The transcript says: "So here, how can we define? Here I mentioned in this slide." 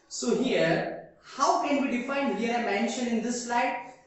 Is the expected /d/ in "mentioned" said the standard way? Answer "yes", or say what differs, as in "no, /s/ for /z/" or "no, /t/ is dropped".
no, /d/ is dropped